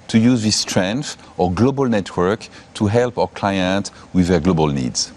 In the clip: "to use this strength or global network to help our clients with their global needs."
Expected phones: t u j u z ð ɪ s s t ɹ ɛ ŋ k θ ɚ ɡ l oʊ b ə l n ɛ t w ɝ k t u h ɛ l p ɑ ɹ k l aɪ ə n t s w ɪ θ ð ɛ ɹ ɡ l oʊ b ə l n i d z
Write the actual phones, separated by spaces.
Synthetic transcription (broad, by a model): t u j u z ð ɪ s s t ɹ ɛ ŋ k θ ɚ ɡ l oʊ b ə l n ɛ t w ɝ k t u h ɛ l p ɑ w k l aɪ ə n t w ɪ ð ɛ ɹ ɡ l oʊ b ə l n i d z